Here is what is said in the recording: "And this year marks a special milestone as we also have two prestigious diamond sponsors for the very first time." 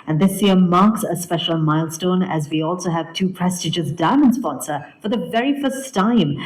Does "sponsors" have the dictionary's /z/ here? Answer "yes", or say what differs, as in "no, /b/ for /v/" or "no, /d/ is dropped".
no, /z/ is dropped